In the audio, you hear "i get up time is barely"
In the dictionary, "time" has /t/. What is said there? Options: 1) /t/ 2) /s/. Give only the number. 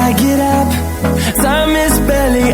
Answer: 2